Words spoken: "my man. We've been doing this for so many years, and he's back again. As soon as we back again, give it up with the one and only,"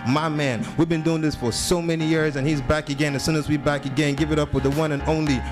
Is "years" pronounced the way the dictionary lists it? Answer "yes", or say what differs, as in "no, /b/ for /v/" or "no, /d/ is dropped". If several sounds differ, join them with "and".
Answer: yes